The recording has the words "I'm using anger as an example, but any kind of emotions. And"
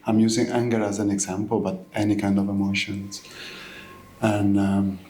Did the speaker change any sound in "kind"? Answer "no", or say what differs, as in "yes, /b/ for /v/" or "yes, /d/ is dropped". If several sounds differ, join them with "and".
no